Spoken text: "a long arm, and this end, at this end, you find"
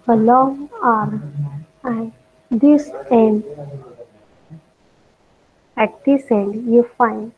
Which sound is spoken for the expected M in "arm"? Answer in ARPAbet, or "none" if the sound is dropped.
none